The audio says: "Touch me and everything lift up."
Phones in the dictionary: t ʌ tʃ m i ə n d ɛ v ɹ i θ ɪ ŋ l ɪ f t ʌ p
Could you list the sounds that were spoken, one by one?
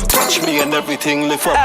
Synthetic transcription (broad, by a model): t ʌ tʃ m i ə n d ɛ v ɹ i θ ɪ ŋ l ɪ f ʌ